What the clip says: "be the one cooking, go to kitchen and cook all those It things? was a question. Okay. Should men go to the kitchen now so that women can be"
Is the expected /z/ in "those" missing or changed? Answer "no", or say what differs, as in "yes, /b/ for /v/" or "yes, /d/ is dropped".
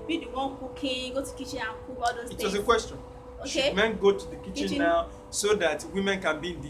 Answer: yes, /z/ is dropped